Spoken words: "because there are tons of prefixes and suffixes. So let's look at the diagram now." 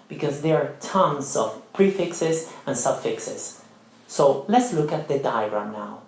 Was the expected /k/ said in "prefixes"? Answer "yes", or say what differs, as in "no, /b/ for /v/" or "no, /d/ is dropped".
yes